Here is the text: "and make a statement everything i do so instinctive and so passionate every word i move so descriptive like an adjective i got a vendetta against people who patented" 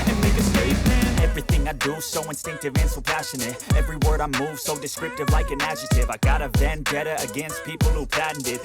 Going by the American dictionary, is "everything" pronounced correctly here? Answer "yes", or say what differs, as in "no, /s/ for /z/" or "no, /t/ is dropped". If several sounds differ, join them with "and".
yes